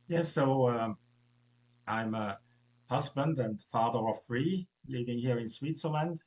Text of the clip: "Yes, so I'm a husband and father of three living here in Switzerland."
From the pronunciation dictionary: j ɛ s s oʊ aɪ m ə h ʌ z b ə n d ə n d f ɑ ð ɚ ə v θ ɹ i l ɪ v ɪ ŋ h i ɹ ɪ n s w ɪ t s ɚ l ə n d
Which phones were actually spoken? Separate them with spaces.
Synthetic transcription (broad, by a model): j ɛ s s oʊ aɪ m ə h ʌ z b ə n d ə n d f ɑ ð ɚ ə v θ ɹ i l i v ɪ ŋ h i ɹ ɪ n s w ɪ t s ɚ l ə n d